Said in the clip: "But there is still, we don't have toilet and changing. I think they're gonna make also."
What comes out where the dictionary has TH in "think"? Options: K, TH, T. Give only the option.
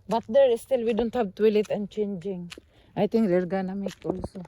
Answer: T